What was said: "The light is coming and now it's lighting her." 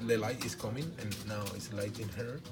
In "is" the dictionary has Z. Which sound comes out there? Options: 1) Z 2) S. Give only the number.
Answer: 2